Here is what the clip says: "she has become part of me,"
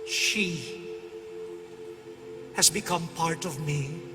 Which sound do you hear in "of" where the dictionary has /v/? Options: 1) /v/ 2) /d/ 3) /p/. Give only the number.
1